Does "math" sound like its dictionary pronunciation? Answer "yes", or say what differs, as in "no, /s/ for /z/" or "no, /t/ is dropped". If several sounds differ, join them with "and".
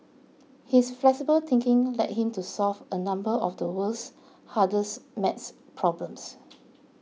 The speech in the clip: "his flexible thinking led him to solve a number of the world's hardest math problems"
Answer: no, /s/ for /θ/